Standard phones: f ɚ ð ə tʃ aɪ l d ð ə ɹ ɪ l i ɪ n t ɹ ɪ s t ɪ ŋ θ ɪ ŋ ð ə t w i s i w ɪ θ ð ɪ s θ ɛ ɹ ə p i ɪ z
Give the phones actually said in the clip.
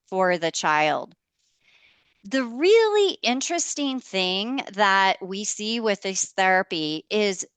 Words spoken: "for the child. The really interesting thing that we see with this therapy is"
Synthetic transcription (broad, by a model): f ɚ ð ə tʃ aɪ l d ð ə ɹ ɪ l i ɪ n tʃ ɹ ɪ s t ɪ ŋ θ ɪ ŋ ð ə t w i s i w ɪ ð ɪ s θ ɛ ɹ ə p i ɪ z